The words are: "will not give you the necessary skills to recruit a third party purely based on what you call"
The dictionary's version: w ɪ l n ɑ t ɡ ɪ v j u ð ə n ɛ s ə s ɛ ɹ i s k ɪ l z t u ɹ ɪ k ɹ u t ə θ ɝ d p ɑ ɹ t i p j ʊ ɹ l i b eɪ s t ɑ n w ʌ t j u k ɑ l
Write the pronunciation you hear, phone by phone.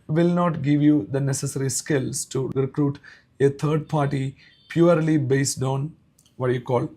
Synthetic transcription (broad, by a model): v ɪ l n ɑ t ɡ ɪ v j u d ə n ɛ s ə s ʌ ɹ i s k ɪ l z t u ɹ ɪ k ɹ u t ə t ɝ d p ɑ ɹ t i p j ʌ ɹ l i b eɪ s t ɑ n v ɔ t j u k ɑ l